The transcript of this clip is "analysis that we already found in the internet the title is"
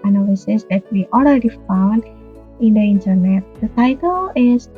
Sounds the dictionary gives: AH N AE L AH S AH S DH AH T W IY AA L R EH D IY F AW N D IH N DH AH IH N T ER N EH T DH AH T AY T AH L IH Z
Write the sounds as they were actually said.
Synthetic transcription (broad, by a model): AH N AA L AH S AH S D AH T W IY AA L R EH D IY F AW N D IH N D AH IH N T ER N EH T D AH T AY T AH L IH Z